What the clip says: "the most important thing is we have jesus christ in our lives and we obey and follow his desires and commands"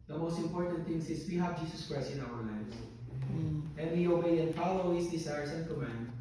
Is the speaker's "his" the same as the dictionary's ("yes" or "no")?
no